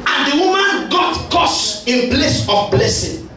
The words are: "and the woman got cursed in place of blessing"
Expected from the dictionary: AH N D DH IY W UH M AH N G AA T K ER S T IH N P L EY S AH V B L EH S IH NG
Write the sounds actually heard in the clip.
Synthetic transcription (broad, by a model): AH N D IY W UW M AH N G AA T K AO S IH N P L EY S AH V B L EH S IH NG